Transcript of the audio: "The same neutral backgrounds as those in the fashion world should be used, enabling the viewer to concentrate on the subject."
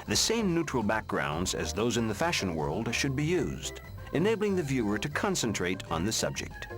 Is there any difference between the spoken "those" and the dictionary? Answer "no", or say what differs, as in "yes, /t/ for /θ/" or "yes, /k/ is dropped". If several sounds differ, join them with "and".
no